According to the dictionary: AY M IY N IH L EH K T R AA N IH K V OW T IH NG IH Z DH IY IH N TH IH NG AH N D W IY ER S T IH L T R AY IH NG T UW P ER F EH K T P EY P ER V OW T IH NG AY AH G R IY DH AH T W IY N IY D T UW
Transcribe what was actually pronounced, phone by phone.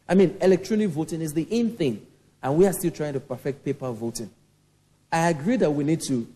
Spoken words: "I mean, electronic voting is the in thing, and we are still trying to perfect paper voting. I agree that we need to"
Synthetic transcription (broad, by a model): AY M IY N IH L EH K T R AA N IH K V OW T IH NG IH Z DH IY IH N TH IH NG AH N W IY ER S T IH L T R AY IH NG T UW P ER F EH K T P EY P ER V OW T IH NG AY AH G R IY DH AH T W IY N IY D T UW